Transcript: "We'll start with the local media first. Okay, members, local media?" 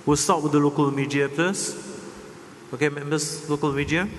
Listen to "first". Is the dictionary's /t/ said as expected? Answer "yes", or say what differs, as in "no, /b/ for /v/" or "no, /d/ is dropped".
no, /t/ is dropped